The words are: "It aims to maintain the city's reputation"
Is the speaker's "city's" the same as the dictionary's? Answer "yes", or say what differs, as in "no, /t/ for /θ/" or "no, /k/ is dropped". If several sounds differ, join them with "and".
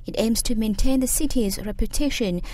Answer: yes